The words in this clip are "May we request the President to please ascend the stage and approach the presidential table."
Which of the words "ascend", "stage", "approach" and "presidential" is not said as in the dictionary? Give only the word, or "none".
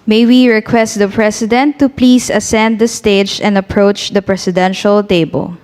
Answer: presidential